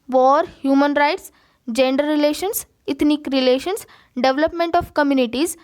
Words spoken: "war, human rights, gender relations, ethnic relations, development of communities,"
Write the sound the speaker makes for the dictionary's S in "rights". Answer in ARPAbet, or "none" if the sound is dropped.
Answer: S